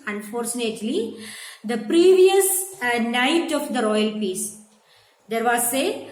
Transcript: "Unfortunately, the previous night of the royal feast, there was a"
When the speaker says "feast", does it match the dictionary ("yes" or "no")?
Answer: no